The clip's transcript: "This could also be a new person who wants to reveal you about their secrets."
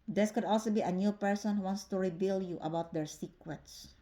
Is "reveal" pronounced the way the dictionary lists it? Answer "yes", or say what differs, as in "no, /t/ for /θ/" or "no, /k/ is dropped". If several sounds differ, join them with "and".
no, /b/ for /v/